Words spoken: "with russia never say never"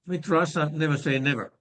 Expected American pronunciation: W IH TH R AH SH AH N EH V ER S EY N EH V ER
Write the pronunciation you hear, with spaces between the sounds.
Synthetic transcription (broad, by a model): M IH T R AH S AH N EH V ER S EY N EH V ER